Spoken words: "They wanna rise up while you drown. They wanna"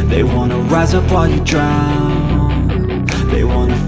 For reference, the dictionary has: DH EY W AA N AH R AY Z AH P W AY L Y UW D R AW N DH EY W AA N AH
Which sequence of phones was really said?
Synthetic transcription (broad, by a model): DH EY W AA N AH R AY Z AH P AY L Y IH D R AW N DH EY W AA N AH